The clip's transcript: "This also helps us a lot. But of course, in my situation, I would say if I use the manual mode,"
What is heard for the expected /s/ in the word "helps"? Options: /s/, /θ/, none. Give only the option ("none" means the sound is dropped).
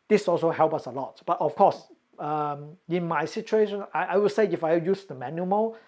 none